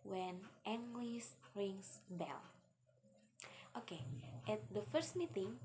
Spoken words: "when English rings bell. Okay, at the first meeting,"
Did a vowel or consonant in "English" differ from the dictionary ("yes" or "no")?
yes